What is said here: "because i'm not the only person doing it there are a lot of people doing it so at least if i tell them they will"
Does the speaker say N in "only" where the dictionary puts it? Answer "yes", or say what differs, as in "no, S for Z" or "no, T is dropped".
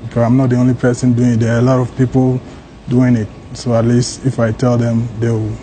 yes